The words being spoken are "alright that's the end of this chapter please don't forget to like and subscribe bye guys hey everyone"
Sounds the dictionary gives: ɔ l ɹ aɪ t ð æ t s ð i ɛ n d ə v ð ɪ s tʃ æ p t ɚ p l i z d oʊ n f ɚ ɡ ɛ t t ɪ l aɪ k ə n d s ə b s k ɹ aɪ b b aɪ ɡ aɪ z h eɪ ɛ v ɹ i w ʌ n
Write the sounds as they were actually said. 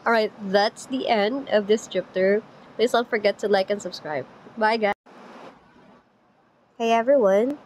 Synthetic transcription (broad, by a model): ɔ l ɹ aɪ t ð æ t s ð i ɛ n d ə v ð ɪ s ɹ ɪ p t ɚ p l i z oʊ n f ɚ ɡ ɛ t t ɪ l aɪ k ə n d s ə b s k ɹ aɪ b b aɪ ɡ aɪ h eɪ ɛ v ɹ i w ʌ n